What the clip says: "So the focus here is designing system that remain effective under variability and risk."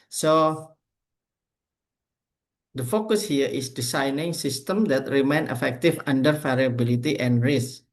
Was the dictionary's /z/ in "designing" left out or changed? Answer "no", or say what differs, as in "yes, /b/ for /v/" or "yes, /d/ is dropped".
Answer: yes, /s/ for /z/